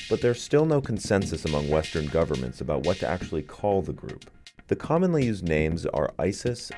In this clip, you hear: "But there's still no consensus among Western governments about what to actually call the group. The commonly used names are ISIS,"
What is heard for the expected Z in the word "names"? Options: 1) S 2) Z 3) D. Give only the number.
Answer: 2